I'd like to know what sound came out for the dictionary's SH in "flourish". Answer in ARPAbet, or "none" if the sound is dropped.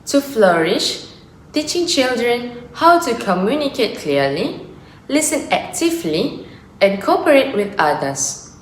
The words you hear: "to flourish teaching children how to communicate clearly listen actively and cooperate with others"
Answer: SH